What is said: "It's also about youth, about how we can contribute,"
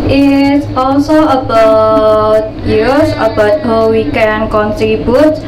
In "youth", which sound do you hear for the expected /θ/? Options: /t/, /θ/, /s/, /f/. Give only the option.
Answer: /s/